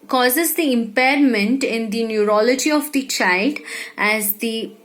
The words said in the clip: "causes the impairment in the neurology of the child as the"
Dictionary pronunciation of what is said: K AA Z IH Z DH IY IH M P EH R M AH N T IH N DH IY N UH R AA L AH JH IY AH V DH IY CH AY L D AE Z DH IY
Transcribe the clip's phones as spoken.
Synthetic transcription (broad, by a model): K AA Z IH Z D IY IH M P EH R M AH N T IH N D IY N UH R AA L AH JH IY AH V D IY CH AY L D AE Z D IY